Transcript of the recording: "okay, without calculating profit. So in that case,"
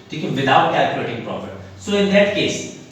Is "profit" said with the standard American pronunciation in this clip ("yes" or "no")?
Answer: no